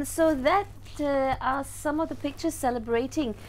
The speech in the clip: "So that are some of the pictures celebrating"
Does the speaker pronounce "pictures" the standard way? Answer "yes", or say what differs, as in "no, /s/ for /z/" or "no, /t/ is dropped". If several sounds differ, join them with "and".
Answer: yes